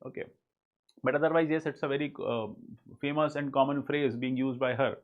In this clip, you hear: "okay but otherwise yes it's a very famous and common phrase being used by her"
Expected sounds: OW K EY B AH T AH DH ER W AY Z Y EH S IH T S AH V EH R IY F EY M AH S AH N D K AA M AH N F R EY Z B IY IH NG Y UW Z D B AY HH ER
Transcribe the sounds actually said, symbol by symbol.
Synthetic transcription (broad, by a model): OW K EY B AH T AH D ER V AY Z Y EH S IH T S AH V EH R IY F EY M AH S AH N D K AA M AH N F R EY Z B IY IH NG Y UW Z D B AY HH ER